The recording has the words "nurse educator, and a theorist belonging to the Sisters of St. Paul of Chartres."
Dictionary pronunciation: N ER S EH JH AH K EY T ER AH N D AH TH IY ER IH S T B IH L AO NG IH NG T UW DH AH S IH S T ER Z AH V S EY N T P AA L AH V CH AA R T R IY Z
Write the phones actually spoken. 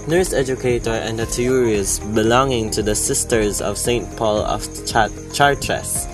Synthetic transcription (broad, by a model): N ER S EH JH AH K EY T ER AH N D AH T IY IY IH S B IH L AO NG IH NG T UW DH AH S IH S T ER Z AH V S EY N T P AA L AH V CH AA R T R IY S